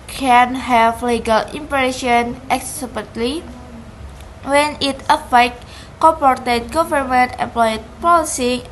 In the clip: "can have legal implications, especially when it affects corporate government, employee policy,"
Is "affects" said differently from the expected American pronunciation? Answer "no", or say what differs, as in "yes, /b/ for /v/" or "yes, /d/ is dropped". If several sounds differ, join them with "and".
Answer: yes, /s/ is dropped